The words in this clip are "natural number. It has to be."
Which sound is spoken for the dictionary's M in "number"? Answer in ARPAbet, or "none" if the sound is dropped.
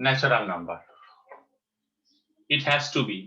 M